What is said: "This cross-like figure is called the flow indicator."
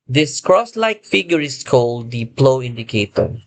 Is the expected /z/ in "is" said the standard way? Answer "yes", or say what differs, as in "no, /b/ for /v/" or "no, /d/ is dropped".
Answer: no, /s/ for /z/